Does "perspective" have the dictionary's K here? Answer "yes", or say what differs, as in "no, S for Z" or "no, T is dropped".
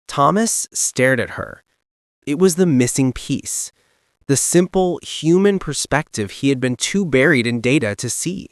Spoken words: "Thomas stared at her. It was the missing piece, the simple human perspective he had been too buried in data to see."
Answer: yes